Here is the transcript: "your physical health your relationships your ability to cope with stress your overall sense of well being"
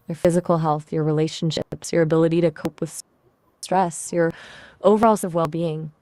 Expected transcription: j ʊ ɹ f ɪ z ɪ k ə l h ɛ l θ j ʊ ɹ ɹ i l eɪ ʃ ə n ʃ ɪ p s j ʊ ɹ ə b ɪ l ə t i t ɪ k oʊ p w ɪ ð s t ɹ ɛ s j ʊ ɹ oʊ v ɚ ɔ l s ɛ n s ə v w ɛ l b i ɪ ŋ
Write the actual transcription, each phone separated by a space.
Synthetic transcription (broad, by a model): j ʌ ɹ f ɪ z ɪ k l h ɛ l θ j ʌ ɹ ɹ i l eɪ ʃ n ʃ ɪ p s j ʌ ɹ ə b ɪ l ə t i t ɪ k oʊ p w ɪ ð s t ɹ ɛ s j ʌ ɹ oʊ v ɚ ɔ l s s ə v w ɛ l b i ɪ ŋ